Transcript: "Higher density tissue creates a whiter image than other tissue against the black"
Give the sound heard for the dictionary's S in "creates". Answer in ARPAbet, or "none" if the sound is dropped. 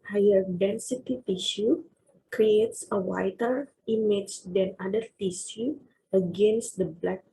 S